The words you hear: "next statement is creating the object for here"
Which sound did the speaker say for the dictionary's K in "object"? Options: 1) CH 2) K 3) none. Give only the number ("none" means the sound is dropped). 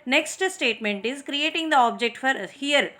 2